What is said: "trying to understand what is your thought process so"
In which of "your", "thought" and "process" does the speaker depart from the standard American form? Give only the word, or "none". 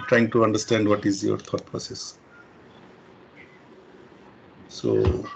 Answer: thought